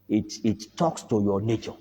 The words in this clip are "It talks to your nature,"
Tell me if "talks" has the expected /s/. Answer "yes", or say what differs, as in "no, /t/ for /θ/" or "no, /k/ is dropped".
yes